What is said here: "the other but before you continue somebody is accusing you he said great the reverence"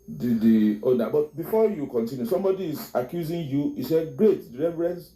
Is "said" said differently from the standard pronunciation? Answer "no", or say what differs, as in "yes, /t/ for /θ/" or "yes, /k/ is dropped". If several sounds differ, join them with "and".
no